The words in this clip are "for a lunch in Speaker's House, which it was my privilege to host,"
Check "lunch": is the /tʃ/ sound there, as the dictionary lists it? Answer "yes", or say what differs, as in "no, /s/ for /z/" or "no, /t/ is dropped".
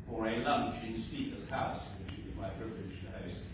yes